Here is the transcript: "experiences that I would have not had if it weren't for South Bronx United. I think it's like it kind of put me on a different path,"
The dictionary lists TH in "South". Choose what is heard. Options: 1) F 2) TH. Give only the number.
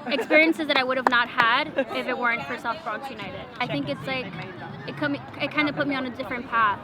1